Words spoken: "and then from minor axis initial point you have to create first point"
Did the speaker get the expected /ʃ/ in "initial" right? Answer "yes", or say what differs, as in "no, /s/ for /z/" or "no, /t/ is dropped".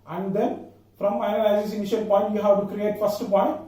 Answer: yes